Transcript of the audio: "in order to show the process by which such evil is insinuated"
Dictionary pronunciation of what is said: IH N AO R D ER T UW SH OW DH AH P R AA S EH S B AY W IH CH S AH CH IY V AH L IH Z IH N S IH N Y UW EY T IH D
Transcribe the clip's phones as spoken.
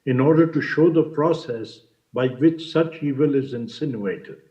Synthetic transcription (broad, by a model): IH N AO R D ER T UW SH OW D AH P R AA S EH S B AY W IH CH S AH CH IY V AH L IH Z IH N S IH N Y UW EY T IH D